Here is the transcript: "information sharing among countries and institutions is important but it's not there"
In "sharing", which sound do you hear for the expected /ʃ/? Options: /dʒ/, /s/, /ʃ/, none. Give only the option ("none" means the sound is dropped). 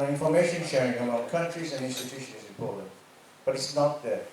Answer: /ʃ/